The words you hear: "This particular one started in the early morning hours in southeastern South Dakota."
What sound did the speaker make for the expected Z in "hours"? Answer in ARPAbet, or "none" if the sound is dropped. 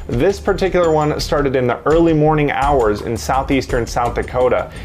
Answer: Z